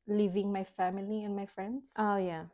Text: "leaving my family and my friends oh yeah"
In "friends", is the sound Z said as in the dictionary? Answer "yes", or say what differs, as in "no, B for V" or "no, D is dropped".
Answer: no, S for Z